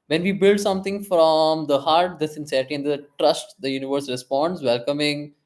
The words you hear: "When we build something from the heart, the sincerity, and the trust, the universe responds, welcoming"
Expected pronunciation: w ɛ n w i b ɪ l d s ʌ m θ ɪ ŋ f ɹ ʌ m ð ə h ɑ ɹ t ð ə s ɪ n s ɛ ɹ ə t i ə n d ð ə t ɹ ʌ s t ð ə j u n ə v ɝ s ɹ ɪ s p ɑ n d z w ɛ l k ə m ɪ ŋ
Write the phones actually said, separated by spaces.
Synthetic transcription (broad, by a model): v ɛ n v i b ɪ l d s ʌ m t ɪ ŋ f ɹ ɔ m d ə h ɑ ɹ t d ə s ɪ n s ɛ ɹ ə t i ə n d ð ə t ɹ ʌ s t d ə j u n ə v ɝ s ɹ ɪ s p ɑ n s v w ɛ l k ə m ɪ ŋ